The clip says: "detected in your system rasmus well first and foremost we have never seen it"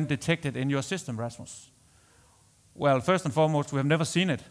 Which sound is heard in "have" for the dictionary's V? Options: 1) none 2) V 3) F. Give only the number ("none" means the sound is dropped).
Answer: 2